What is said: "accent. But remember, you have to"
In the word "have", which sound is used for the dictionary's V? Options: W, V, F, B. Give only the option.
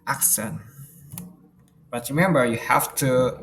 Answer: F